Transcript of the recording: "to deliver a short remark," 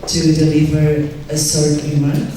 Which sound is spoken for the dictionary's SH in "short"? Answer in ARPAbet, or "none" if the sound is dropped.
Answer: S